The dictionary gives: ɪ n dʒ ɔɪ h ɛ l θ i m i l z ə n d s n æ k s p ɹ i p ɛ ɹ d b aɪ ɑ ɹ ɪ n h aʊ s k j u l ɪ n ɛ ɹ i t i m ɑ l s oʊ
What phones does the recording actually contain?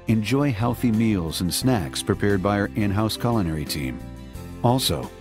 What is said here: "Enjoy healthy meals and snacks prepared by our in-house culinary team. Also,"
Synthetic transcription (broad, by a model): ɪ n dʒ ɔɪ h ɛ l θ i m i l z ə n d s n æ k s p ɹ i p ɛ ɹ d b aɪ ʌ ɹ ɪ n h aʊ s k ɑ l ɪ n ɛ ɹ i t i m ɑ l s oʊ